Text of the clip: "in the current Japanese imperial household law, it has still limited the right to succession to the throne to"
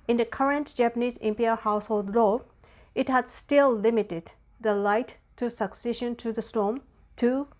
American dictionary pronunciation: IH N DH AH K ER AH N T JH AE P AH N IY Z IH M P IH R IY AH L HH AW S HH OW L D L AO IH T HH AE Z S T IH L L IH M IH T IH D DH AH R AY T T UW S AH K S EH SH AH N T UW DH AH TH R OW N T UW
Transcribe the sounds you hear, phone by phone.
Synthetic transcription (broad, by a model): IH N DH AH K ER AH N T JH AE P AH N IY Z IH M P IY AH HH AW S HH OW L D L AO IH T HH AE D S T IH L L IH M IH T IH D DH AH L AY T T UW S AH K S EH SH AH N T UW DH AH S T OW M T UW